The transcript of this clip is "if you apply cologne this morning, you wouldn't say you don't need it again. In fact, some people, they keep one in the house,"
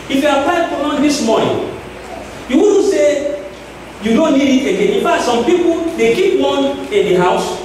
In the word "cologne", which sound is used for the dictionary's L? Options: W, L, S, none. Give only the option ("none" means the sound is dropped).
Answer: none